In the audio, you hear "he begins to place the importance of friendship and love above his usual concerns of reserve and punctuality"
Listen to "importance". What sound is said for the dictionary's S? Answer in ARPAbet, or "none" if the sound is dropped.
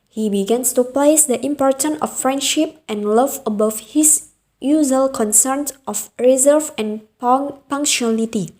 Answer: none